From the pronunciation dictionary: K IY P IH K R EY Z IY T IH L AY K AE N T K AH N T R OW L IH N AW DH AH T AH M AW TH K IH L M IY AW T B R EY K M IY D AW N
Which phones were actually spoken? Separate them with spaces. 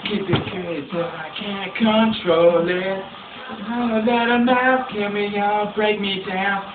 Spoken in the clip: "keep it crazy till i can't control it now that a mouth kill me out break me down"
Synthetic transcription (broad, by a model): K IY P IH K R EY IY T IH AY K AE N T K AH N T R OW L IH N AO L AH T AH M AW F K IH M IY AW B R EY K M IY D AW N